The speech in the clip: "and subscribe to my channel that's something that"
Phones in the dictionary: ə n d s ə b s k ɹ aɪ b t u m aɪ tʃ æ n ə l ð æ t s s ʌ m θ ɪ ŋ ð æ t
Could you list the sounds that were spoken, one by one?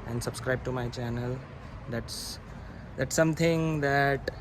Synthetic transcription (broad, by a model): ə n d s ə b s k ɹ aɪ b t u m aɪ tʃ æ n ə l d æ t s s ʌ m t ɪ ŋ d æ t